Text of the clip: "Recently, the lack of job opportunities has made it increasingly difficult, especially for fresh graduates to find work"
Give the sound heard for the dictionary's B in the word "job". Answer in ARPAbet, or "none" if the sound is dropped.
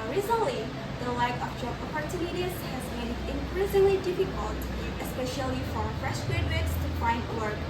none